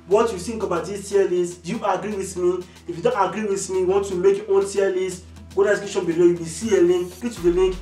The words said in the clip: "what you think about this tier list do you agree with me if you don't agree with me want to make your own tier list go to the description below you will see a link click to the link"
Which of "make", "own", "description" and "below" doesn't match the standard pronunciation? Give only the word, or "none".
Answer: description